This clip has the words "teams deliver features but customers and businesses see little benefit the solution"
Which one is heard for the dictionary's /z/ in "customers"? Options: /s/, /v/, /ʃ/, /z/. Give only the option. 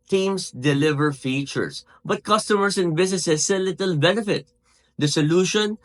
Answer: /s/